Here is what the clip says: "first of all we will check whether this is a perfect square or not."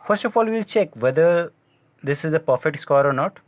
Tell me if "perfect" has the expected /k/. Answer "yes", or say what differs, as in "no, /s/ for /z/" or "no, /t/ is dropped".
no, /k/ is dropped